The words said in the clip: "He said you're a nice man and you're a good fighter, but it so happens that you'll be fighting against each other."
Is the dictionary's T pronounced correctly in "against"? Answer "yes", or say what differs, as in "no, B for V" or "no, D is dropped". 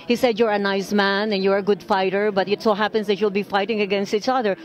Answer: yes